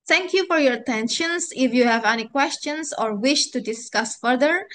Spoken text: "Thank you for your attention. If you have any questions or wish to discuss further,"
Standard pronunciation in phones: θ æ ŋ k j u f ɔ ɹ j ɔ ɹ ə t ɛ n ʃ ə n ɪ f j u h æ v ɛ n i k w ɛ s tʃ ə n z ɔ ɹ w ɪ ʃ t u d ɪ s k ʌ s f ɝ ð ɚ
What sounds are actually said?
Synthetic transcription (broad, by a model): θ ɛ ŋ k j u f ɔ ɹ j ɔ ɹ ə t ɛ n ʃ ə n ɪ f j u h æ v ɛ n i k w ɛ s tʃ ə n s ɔ ɹ w ɪ ʃ t u d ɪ s k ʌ s f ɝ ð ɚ